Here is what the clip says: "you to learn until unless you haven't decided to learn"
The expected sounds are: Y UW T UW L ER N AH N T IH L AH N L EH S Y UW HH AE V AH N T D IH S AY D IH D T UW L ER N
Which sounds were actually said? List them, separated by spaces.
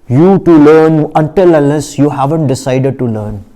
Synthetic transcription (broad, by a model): Y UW T UW L ER N AH N T IH L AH L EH S Y UW HH AE V AH N T D IH S AY D IH D T UW L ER N